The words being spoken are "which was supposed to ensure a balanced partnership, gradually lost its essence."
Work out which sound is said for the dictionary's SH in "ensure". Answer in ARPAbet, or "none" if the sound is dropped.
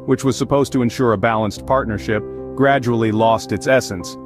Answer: SH